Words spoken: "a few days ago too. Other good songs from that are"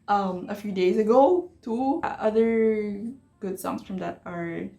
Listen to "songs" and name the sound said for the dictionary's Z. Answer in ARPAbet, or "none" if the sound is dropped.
S